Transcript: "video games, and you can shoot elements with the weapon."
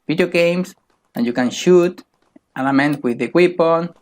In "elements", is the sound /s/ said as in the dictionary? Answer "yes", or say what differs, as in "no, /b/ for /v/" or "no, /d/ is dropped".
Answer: no, /s/ is dropped